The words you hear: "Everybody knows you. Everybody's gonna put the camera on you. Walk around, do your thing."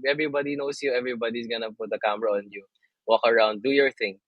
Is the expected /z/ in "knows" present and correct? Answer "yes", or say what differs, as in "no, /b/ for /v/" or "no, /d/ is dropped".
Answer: no, /s/ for /z/